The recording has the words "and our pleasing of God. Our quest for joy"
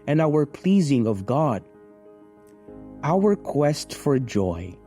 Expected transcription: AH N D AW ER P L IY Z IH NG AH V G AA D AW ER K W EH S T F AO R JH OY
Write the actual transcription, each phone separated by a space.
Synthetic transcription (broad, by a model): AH N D AW ER P L IY Z IH NG AH V G AA D AW ER K W EH S T F AO R JH OY